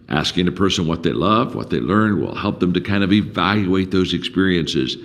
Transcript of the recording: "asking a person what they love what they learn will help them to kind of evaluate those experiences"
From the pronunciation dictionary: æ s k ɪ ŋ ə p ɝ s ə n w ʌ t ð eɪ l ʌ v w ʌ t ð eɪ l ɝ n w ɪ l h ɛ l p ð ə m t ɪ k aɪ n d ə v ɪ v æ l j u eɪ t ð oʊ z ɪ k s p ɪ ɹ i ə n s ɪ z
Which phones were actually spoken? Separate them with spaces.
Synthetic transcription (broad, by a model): æ s k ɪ ŋ ə p ɝ s ə n w ʌ t ð eɪ l ʌ v w ʌ t ð eɪ l ɝ n w ɪ l h ɛ l p ð ə m t ɪ k aɪ n d ə v ɪ v æ l j u eɪ t ð oʊ z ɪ k s p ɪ ɹ i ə n s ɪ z